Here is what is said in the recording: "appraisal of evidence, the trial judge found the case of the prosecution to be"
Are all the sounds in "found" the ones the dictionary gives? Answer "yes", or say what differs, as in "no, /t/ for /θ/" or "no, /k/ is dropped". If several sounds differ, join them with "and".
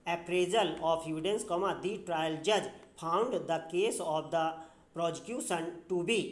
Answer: no, /p/ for /f/